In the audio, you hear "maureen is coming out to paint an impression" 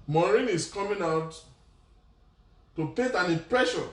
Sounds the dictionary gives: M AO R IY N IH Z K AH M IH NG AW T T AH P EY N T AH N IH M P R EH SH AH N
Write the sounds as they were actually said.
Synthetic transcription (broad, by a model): M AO R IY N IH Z K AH M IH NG AW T T AH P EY T AH N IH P R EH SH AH